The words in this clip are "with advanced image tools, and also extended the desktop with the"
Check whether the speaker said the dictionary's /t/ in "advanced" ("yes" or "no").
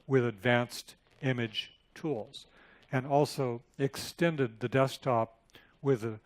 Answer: yes